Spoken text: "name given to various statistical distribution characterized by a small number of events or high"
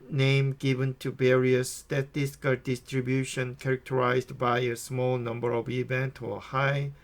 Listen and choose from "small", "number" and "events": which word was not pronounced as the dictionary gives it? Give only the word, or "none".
events